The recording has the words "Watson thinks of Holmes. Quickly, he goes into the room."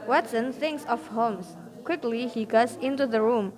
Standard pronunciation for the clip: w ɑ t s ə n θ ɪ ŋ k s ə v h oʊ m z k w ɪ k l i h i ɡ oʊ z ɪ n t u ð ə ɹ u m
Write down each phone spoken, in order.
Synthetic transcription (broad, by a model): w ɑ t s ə n θ ɪ ŋ k s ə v h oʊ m s k w ɪ k l i h i ɡ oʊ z ɪ n t u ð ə ɹ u m